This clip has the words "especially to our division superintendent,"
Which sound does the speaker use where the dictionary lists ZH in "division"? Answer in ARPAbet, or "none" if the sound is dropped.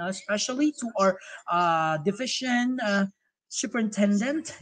SH